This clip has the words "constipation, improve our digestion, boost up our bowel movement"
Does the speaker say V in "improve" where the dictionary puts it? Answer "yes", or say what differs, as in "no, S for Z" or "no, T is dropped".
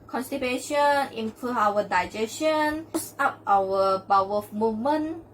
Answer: no, V is dropped